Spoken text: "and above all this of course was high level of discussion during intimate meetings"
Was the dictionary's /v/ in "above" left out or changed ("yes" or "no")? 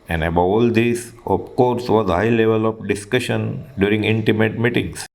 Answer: yes